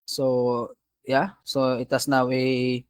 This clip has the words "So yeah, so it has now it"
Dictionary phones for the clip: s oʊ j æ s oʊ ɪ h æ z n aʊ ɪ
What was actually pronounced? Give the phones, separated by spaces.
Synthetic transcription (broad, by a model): s oʊ j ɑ s oʊ ɪ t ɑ s n aʊ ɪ